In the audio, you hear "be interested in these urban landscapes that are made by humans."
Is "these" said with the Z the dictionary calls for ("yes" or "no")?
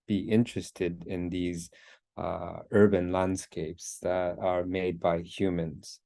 yes